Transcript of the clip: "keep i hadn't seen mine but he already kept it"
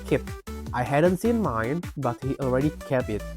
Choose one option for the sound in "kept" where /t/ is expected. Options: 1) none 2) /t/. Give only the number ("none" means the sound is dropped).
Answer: 1